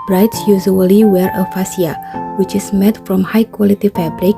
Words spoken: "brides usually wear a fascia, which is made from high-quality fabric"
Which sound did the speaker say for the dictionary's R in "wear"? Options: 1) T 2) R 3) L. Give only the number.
2